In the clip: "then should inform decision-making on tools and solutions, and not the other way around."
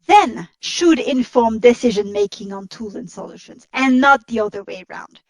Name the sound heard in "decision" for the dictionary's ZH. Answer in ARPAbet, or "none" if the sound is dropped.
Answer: ZH